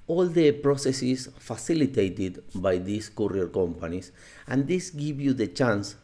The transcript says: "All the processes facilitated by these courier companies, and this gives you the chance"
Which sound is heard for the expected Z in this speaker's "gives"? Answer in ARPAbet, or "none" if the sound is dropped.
none